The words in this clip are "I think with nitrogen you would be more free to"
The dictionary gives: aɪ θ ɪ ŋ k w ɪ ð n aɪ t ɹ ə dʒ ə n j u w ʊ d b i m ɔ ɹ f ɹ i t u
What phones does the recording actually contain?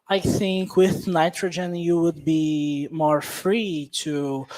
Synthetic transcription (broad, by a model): aɪ θ ɪ ŋ k w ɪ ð n aɪ t ɹ ə dʒ ə n j u w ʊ d b i m ɔ ɹ f ɹ i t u